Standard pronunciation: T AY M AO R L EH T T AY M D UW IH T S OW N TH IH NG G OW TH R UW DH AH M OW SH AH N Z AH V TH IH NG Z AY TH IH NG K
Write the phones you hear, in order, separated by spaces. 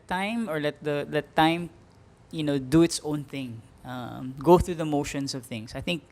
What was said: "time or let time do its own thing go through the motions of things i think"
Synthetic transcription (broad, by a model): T AY M AO R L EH T T AY M D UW IH T S OW N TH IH NG G OW TH R UW DH AH M OW SH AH N S AH V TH IH NG S AY TH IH NG K